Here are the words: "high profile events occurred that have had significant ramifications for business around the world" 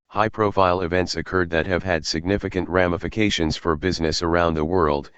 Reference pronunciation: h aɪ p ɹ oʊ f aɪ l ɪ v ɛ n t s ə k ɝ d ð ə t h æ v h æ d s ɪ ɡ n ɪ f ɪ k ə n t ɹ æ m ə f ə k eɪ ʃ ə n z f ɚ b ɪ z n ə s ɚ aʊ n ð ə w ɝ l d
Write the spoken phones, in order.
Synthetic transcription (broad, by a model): h aɪ p ɹ oʊ f aɪ l ɪ v ɛ n t s ə k ɝ d ð ə t h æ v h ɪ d s ɪ ɡ n ɪ f ɪ k ə n t ɹ æ m ə f ə k eɪ ʃ ə n z f ɚ b ɪ z n ə s ɚ aʊ n ð ə w ɝ l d